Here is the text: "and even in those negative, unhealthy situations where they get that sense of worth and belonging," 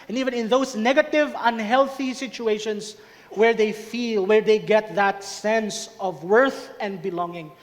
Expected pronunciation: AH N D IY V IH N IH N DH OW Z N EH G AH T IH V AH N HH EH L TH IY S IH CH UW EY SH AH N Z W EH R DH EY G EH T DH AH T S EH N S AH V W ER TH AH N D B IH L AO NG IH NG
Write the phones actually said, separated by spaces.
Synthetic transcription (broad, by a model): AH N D IY V IH N IH N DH OW S N EH G AH T IH V AH N HH EH L TH IY S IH CH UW EY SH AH N S W EH R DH EY G EH T DH AH T S EH N S AH V W ER TH AH N D B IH L AO NG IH NG